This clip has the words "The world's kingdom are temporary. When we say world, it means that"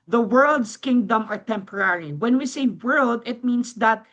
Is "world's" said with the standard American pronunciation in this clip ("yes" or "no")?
no